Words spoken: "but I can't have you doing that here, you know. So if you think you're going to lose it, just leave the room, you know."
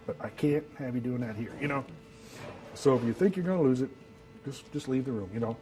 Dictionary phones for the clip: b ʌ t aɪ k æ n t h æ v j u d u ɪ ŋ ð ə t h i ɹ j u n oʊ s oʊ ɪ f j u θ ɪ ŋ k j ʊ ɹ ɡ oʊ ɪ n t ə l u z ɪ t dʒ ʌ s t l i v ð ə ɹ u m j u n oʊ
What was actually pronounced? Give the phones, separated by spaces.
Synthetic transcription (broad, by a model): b ʌ t aɪ k æ n t h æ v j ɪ d u ɪ ŋ ð ə t h i ɹ j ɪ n oʊ s oʊ ɪ f j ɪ θ ɪ ŋ k j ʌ ɹ ɡ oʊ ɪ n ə l u z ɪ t dʒ ʌ s t l i v ð ə ɹ u m j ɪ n oʊ